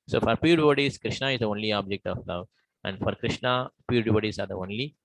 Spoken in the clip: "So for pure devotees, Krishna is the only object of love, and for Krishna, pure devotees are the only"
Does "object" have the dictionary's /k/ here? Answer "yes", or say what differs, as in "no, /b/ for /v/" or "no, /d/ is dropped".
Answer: yes